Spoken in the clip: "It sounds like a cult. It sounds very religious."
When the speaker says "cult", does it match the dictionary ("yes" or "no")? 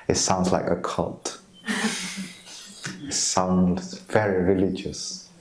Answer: yes